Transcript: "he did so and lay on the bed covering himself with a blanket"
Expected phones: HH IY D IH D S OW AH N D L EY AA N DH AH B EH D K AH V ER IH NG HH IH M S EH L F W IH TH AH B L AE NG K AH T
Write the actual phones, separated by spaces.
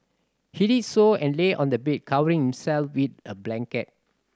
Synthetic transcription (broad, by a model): HH IY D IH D S OW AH N L EY AA N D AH B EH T K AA W ER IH NG HH IH M S EH L F W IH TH AH B L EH NG K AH T